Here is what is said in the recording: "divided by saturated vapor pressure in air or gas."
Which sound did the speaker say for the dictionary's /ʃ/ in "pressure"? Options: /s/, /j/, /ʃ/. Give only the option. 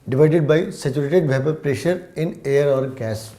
/ʃ/